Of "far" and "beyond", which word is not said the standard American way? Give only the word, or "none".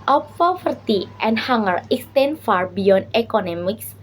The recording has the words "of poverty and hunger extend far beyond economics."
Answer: beyond